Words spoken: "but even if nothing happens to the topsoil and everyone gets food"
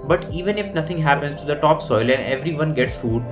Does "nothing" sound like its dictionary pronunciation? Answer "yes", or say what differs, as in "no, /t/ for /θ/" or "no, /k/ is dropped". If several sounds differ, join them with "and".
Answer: no, /t/ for /θ/